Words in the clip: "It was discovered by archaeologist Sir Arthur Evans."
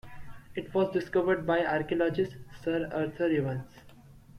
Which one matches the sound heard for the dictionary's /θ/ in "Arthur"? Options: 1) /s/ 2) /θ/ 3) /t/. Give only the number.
3